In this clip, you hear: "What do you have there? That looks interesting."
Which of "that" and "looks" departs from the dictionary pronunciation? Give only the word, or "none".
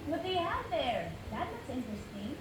looks